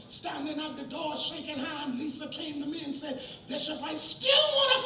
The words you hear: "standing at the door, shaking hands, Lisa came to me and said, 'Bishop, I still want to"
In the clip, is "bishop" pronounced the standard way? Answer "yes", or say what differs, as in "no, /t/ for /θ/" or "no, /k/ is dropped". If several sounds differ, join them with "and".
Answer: no, /s/ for /ʃ/